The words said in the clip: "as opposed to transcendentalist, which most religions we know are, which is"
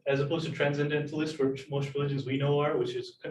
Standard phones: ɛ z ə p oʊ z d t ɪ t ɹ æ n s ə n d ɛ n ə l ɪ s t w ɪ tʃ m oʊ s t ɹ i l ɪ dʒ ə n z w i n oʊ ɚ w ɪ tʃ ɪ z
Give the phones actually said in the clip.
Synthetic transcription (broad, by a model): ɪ z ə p oʊ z t ɪ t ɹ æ n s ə n d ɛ n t l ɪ s t w ɪ tʃ m oʊ s t ɹ i l ɪ dʒ ə n z w i n oʊ ɚ w ɪ tʃ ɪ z